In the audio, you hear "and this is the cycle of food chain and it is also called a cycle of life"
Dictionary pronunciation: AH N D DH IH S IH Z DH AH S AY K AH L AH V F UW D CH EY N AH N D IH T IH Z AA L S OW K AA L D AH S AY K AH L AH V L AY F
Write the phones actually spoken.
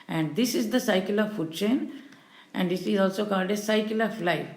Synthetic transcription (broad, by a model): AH N D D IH S IH Z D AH S AY K AH L AH V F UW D CH EY N AH N D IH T IH Z AA L S OW K AA L D AH S AY K AH L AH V L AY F